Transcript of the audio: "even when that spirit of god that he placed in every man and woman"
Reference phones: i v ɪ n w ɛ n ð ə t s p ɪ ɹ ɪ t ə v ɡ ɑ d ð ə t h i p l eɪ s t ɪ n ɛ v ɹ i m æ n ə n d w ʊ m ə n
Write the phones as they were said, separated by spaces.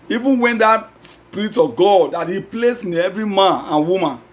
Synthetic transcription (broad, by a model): i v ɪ n w ɛ n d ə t s p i ɹ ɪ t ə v ɡ ɑ d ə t h i p l eɪ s ɪ n ɛ v ɹ i m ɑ n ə n w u m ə n